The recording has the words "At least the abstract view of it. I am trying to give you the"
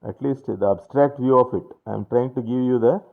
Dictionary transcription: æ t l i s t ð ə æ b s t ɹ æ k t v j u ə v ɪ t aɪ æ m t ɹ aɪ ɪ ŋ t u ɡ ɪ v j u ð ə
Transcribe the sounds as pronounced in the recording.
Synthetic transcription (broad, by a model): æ t l i s t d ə æ b s t ɹ æ k t v j u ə f ɪ t aɪ m t ɹ aɪ ɪ ŋ t u ɡ ɪ v j u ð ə